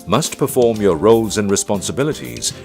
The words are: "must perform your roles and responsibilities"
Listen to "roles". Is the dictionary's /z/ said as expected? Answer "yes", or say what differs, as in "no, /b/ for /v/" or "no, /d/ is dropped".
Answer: yes